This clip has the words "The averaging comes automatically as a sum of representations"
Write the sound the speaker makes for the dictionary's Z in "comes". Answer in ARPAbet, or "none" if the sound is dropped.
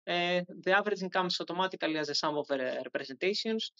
S